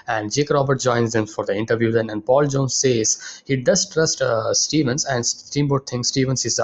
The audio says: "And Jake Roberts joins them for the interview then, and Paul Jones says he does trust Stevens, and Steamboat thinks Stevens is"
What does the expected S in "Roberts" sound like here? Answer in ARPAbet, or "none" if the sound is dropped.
none